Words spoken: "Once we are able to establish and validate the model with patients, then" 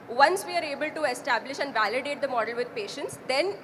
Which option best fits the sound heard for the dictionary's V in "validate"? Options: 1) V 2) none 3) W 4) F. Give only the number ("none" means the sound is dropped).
1